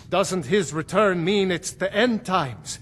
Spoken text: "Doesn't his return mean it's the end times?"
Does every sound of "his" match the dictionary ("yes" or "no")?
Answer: yes